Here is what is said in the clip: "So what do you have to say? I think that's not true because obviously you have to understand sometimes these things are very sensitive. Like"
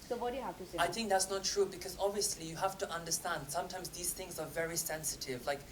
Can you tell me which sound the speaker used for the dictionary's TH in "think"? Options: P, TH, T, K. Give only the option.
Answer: TH